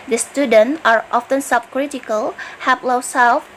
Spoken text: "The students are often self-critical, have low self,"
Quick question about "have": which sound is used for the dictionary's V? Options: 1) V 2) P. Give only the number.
2